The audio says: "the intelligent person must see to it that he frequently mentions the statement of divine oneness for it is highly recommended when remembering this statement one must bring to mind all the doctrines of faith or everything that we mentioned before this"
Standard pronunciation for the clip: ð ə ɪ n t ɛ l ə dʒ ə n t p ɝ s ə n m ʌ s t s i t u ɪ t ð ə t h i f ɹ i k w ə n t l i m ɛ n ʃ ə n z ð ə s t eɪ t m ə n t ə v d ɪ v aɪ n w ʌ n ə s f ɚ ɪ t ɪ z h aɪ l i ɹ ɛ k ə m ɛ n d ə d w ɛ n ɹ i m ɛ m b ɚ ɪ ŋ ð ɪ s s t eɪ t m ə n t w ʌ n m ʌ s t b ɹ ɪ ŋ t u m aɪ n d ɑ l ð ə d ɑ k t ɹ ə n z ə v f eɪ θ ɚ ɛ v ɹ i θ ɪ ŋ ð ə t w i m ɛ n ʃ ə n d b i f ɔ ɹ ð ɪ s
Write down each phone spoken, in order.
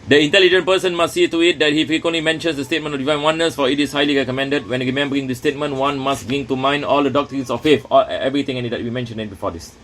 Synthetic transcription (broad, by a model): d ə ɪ n t ɛ l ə dʒ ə n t p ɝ s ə n m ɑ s s i t u ɪ t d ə t h i f ɹ i k w ə n t l i m ɛ n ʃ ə n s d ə s t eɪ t m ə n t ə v d ɪ v aɪ n w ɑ n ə s f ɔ ɪ t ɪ s h aɪ l i ɹ ɛ k ə m ɛ n d ə d w ɛ n ɹ i m ɛ m b ɚ ɪ ŋ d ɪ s s t eɪ t m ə n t w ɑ n m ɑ s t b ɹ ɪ ŋ t u m aɪ n d ɑ l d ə d ɑ k t ɹ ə n s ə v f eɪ f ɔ ɛ v ɹ i t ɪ ŋ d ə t w i m ɛ n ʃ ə n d b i f ɔ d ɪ s